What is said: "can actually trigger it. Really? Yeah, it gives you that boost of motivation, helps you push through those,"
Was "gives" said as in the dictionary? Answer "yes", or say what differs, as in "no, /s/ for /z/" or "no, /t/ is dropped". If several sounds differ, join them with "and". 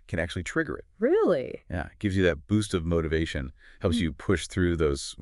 yes